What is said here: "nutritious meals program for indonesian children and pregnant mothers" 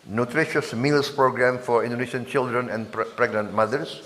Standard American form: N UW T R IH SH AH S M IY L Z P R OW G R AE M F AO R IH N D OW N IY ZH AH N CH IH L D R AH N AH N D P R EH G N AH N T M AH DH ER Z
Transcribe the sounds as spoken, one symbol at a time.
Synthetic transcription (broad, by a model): N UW T R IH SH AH S M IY L S P R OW G R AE M F AO R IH N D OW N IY SH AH N CH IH L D R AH N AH N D P R EH G N AH N T M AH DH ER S